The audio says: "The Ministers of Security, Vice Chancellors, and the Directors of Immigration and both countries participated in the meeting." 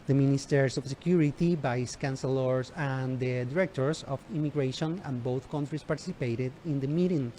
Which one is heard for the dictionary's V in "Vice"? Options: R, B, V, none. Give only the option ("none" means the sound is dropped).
B